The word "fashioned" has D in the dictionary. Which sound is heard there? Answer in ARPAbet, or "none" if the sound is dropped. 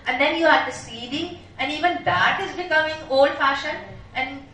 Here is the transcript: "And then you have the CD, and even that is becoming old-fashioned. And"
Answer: none